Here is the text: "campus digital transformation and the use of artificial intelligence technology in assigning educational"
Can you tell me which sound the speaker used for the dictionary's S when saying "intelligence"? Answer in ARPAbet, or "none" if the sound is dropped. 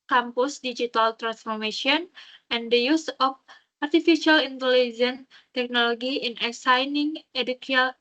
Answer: none